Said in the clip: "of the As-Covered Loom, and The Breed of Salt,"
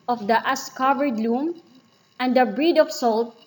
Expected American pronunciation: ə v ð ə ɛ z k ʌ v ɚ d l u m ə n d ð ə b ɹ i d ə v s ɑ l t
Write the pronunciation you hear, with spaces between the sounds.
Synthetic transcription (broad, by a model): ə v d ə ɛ s k ʌ v ɚ d l u m ə n d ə b ɹ i d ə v s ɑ l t